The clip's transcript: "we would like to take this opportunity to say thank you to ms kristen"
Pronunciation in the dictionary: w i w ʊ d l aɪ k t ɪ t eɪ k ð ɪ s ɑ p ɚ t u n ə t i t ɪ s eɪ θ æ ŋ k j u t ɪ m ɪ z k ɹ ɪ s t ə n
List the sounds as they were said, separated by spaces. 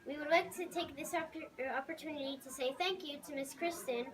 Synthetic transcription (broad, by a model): w i w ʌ d l aɪ k t ɪ t eɪ k ð ɪ s ɑ p ɚ t u n ə t i t ɪ s eɪ θ æ ŋ k j u t ɪ m ɪ s k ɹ ɪ s t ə n